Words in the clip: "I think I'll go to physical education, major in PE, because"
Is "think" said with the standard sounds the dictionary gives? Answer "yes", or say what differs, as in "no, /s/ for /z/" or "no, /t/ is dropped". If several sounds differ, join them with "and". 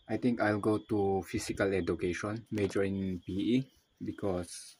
no, /t/ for /θ/